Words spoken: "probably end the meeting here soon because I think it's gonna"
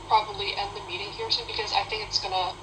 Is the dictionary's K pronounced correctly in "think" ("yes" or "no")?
yes